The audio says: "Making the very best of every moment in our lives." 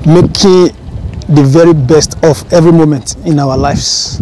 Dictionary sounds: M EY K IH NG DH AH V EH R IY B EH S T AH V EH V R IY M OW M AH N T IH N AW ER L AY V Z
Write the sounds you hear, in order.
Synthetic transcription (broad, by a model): M EY K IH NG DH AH V EH R IY B EH S T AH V EH V R IY M OW M AH N T IH N AW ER L AY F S